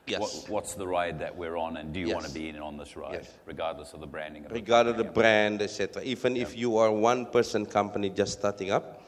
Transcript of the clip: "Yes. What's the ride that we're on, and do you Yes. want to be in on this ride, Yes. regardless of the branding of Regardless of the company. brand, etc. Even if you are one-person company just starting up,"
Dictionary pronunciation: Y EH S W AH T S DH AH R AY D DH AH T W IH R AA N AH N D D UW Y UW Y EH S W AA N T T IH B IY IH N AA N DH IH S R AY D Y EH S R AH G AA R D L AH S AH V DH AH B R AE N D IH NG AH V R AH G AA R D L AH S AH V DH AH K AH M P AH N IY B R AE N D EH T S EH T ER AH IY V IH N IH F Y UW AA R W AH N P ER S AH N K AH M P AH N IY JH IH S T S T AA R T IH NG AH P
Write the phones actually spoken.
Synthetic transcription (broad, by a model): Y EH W W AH T S DH AH R AY D DH AH T W IH R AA N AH N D D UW Y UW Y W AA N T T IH B IY IH N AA N DH IH S R AY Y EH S R AH G AA R D L AH S AH V DH AH B R AE N D IH NG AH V R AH G AA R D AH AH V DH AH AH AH B R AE N D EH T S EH T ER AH IY V IH N IH F Y UW AA R W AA N P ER S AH N K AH M P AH N IY JH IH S S T AA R T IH NG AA P